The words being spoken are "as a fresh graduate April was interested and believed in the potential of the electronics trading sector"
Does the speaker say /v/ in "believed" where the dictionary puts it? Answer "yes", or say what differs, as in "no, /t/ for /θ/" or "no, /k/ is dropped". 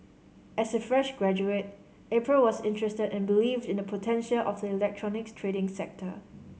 yes